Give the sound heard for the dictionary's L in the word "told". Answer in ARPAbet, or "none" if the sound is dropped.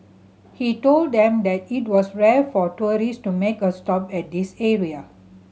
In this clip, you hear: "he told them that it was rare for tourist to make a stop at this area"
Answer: L